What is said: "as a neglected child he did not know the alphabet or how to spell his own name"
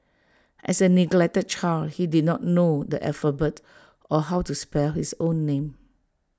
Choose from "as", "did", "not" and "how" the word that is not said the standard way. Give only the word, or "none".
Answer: as